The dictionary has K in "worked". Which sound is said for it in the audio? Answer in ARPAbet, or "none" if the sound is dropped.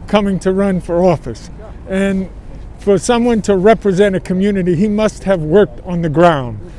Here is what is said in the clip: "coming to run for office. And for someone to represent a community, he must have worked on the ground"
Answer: K